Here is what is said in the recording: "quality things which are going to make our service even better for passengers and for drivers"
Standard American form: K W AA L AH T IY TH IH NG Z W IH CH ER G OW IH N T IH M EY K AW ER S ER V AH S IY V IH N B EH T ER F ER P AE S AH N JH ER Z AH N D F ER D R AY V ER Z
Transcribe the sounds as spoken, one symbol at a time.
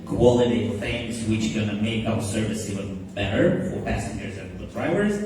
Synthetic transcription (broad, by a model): K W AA L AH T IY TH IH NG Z W IH CH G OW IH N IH M EY K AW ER S ER V AH S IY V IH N B EH T ER F ER P AE S AH N JH ER Z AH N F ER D R AY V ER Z